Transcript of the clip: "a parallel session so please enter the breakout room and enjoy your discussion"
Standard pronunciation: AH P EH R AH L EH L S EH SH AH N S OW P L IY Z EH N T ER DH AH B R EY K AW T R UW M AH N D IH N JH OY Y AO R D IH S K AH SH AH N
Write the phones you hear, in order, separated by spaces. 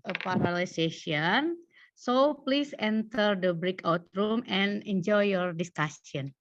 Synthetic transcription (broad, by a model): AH P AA R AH L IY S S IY AH N S OW P L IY S EH N T ER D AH B R EY K AW T R UW M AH N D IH N JH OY Y AO R D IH S K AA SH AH N